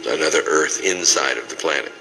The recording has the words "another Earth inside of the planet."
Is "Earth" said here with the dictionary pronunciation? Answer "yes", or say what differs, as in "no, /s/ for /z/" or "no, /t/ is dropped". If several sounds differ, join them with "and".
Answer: yes